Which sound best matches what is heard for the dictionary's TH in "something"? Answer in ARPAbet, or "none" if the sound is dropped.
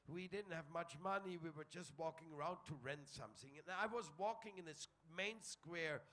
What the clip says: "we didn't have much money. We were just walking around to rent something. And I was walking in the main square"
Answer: TH